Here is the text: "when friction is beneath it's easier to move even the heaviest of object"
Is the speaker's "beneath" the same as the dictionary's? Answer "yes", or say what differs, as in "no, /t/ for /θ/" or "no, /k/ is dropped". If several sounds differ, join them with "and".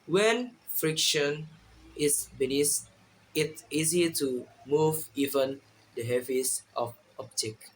no, /s/ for /θ/